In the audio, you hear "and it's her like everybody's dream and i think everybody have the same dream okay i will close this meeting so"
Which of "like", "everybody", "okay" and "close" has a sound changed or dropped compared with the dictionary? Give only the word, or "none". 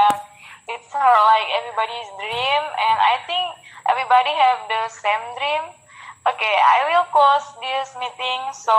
close